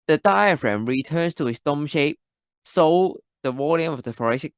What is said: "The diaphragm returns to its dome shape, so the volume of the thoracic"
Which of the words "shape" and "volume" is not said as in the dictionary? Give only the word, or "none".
volume